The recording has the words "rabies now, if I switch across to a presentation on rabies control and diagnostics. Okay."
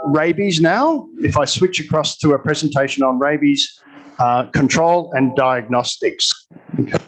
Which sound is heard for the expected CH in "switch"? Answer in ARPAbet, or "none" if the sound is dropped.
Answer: CH